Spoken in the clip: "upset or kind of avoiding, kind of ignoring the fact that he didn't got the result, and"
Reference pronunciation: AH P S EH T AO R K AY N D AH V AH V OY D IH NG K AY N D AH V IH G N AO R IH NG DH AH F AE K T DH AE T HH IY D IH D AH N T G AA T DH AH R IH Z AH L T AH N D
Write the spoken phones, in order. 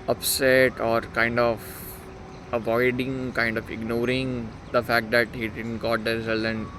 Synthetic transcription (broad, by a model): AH P S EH T AO R K AY N D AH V AH V OY D IH NG K AY N D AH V IH G N AO R IH NG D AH F AE K T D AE T HH IY D IH D AH N T G AA T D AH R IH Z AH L AH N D